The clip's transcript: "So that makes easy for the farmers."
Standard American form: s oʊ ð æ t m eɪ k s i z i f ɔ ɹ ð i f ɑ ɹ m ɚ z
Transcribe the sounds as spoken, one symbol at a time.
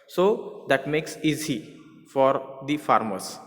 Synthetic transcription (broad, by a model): s oʊ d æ t m eɪ k s i z i f ɔ ɹ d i f ɑ ɹ m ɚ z